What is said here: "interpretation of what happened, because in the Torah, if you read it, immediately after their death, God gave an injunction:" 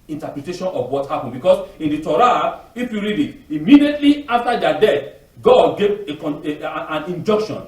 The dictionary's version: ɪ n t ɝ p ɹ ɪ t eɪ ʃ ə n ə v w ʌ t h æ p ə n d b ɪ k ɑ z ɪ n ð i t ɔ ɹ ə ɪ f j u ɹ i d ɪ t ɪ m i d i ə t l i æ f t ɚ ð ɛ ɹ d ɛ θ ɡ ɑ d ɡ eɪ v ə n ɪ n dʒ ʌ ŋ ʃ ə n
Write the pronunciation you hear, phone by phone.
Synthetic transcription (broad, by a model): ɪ n t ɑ p ɹ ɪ t eɪ ʃ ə n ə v w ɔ t h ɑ p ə n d b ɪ k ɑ s ɪ n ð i t ɔ ɹ ə ɪ f j u ɹ i d ɪ t ɪ m i d i ə t l i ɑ f t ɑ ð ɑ d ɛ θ ɡ ɑ d ɡ eɪ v ə n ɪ n dʒ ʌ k ʃ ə n